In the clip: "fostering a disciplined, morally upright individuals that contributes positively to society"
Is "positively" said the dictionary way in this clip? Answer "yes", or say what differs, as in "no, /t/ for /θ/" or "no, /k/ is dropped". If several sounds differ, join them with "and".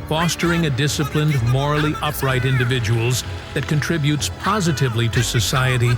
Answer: yes